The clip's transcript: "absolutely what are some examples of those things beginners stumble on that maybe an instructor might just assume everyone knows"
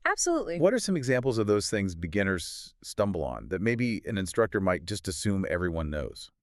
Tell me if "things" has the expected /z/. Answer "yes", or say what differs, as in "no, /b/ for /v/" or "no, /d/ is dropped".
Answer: yes